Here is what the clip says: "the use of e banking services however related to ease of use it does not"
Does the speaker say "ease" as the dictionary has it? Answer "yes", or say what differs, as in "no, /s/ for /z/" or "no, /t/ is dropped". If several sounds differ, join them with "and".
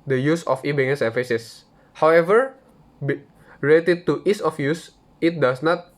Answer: no, /s/ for /z/